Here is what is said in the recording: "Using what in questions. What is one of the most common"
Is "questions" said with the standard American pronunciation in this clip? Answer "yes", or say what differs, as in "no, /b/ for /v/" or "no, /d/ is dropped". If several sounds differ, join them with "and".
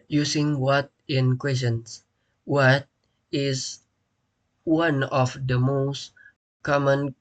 no, /tʃ/ is dropped and /s/ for /z/